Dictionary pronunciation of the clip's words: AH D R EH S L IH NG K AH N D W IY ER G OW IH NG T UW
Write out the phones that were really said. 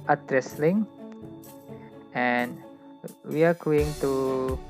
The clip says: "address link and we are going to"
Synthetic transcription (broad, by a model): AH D R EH S L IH NG AH N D W IY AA G OW IH NG T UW